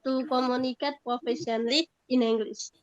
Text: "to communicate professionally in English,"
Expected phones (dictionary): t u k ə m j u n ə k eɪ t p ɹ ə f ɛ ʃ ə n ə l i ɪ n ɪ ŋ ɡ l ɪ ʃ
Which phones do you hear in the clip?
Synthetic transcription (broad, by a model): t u k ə m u n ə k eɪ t p ɹ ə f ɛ s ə n l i ɪ n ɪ ŋ ɡ l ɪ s